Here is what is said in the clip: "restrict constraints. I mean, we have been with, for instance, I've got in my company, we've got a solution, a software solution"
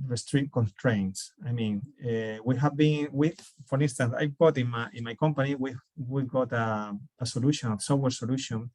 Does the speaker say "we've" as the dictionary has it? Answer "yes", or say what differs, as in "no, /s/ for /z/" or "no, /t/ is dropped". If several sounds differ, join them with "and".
no, /w/ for /v/